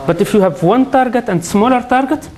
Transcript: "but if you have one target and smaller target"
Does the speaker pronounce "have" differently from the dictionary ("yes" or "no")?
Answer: no